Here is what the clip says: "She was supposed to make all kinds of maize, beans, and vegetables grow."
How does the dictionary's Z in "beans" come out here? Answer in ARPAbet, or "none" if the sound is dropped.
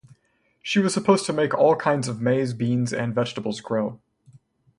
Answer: Z